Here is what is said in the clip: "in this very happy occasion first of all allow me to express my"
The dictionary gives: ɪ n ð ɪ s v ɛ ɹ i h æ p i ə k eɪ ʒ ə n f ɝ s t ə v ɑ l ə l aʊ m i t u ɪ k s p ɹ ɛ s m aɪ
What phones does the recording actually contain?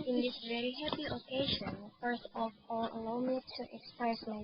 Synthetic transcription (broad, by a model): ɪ n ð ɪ s v ɛ ɹ i h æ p i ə k eɪ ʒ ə n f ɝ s ə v ɑ l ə l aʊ m i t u ɪ k s p ɹ ɛ s m aɪ